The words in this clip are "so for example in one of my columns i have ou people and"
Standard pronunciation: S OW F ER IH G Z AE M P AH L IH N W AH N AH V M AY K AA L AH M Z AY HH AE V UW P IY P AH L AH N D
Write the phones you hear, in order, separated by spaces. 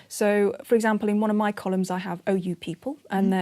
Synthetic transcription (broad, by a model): S OW F ER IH G Z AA M P AH L IH N W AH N AH V M AY K AA L AH M Z AY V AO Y UW P IY P AH L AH N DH